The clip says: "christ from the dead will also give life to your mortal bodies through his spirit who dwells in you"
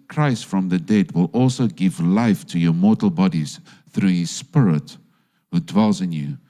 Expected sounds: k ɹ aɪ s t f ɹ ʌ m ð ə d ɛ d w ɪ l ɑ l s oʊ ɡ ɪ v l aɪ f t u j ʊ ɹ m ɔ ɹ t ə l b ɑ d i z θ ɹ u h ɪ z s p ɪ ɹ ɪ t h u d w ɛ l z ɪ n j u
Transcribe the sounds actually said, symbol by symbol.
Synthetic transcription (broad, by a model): k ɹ aɪ s t f ɹ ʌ m ð ə d ɛ d w ɪ l ɑ l s oʊ ɡ ɪ v l aɪ f t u j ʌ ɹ m ɔ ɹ t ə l b ɑ d i z θ ɹ u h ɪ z s p ɪ ɹ ɪ t h u d w ɛ l z ɪ n j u